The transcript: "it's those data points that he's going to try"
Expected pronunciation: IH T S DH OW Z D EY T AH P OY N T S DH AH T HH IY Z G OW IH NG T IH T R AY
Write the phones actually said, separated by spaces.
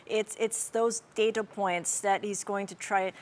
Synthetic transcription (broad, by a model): IH T S DH OW Z D EY T AH P OY N T S DH AH T HH IY Z G OW IH NG T IH T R AY